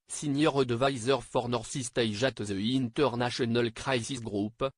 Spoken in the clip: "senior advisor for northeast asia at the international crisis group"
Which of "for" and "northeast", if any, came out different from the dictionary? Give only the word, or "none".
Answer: northeast